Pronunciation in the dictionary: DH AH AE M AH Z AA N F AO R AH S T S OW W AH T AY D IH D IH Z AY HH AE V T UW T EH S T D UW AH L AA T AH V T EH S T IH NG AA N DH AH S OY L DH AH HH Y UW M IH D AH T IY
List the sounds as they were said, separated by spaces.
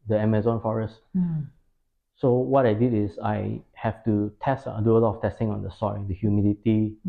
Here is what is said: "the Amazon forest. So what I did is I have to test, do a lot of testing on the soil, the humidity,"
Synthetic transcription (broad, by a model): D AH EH M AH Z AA N F AO R AH S T S OW W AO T AY D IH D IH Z AY HH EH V T UW T EH S T D UW AH L AA T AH F T EH S T IH NG AA N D AH S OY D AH HH Y UW M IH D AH T IY